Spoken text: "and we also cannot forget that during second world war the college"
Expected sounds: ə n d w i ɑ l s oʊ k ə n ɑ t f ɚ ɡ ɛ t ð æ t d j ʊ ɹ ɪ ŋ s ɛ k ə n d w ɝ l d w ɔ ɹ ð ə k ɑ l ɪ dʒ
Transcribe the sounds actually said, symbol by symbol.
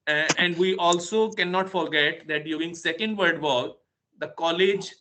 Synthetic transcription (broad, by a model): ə n d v i ɑ l s oʊ k ə n ɑ t f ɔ ɡ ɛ t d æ t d j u ɹ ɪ ŋ s ɛ k ə n d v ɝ d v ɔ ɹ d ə k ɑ l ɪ dʒ